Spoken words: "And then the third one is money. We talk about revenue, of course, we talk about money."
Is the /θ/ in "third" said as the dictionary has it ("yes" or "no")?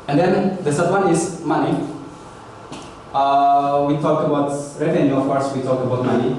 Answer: no